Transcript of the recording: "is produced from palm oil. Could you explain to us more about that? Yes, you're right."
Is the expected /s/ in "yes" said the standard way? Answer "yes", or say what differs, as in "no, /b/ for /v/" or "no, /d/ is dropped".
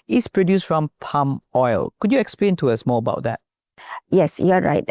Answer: yes